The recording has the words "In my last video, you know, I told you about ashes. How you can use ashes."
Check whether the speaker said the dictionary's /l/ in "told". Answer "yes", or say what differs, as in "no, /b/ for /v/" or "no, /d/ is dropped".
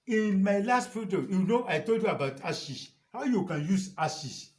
yes